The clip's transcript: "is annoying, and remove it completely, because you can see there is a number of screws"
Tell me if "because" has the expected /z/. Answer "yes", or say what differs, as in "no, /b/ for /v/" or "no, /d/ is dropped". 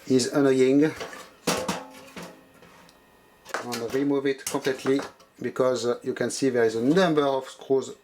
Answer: yes